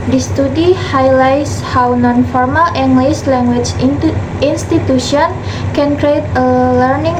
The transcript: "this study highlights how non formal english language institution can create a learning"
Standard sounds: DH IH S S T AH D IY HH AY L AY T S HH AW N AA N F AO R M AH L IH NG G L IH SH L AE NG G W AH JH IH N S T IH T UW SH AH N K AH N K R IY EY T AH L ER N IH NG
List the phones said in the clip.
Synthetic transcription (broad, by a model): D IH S S T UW D IY HH AY L AY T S HH AW N AA N F AO R M AH L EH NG G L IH S L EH NG G W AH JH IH N S T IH T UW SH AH N K AH N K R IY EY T AH L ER N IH NG